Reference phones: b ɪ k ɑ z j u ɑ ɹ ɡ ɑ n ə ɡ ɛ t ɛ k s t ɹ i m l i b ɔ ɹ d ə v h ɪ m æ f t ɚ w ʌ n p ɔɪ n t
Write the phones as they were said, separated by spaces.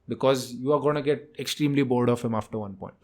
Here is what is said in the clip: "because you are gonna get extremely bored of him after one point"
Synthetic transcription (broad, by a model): b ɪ k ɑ z j u ɑ ɹ ɡ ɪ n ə ɡ ɛ t ɛ k s t ɹ i m l i b ɔ l d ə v h ɪ m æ f t ɚ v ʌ n p ɔɪ n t